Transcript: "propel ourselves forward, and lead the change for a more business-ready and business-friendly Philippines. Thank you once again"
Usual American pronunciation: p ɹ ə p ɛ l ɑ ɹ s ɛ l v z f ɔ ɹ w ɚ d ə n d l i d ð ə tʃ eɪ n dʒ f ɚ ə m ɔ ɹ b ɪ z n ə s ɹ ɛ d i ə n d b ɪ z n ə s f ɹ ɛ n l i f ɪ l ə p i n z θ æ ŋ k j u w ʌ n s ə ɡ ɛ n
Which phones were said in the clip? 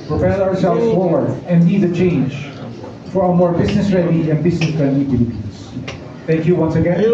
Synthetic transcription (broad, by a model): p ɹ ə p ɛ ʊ ɑ ɹ s ɛ l v z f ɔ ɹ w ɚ ə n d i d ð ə tʃ eɪ n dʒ f ɚ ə m ɔ ɹ b ɪ z n ə s ɹ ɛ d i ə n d b ɪ z n ə s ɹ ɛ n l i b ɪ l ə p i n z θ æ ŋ k j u w ʌ n s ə ɡ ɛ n